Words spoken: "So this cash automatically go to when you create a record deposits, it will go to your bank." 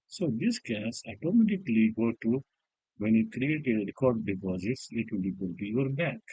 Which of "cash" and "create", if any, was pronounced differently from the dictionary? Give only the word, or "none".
cash